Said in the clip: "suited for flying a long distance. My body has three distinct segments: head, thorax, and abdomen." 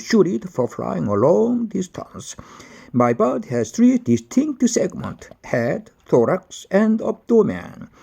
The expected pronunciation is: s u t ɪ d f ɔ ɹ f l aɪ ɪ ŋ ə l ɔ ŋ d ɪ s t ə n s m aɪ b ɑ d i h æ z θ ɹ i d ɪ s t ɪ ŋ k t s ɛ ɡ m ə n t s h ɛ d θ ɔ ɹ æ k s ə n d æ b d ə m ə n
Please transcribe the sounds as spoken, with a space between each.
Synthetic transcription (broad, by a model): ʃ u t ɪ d f ɔ ɹ f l aɪ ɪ ŋ ə l ɔ ŋ d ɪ s t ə n s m aɪ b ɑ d h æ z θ ɹ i d ɪ s t ɪ ŋ k t s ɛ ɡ m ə n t h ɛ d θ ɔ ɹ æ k s ə n d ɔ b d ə m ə n